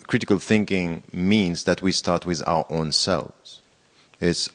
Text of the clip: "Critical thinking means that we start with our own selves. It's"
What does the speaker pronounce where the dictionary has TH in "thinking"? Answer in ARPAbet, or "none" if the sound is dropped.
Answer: TH